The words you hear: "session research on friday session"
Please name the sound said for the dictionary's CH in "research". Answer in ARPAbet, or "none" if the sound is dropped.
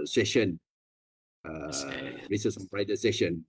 S